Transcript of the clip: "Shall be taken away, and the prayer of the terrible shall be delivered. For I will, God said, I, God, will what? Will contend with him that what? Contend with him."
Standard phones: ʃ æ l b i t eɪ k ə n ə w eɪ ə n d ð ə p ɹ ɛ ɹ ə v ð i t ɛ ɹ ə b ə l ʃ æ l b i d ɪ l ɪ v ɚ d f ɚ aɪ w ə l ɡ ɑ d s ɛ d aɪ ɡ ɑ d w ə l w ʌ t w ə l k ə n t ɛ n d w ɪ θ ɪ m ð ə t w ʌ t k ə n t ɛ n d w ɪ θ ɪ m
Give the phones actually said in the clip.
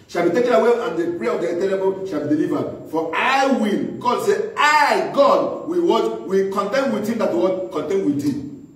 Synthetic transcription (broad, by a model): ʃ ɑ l b i t eɪ k ə n ə w eɪ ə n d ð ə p ɹ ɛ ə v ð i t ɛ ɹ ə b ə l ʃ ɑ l b i d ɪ l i v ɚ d f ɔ aɪ w ə l ɡ ɑ d s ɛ aɪ ɡ ɑ d w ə w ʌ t w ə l k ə n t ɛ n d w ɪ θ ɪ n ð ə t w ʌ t k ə n t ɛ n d w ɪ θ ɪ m